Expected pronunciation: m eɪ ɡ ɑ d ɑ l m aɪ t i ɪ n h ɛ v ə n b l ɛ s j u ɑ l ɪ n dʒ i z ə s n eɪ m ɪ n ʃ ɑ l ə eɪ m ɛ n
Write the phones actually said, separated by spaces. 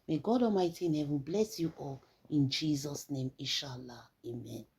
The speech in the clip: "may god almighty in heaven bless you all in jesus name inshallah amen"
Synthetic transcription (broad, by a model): m eɪ ɡ ɑ d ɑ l m aɪ t i ɪ n h ɛ v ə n b l ɛ s j u ɑ l ɪ n dʒ i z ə s n eɪ m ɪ ʃ ɑ l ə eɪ m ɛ n